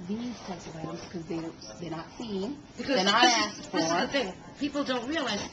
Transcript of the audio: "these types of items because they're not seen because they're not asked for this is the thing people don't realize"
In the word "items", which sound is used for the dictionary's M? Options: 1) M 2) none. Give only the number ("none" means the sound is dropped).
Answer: 2